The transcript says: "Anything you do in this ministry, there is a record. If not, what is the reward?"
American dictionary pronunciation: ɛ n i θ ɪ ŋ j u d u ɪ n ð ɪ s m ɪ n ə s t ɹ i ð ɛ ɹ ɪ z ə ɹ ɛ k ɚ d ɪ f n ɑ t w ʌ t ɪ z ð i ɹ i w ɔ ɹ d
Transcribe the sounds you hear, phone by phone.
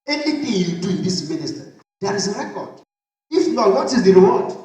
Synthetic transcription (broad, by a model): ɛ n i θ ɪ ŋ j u d u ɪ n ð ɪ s m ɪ n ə s t i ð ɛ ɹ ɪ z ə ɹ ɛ k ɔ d ɪ f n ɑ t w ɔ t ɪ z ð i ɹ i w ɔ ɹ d